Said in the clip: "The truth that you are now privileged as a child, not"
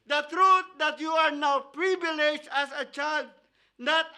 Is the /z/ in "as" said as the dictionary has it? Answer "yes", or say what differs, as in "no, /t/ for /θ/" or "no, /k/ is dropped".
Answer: no, /s/ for /z/